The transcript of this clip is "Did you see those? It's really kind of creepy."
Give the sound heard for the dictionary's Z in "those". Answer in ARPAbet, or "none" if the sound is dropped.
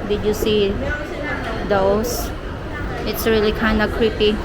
S